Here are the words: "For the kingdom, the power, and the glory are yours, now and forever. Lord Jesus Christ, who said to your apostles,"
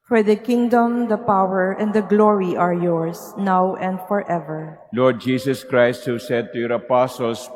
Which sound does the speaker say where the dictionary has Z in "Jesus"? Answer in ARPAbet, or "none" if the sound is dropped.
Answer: S